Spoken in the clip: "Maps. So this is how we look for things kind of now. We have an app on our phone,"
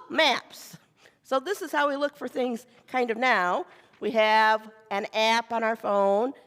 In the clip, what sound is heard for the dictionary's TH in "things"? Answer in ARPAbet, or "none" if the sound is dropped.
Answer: TH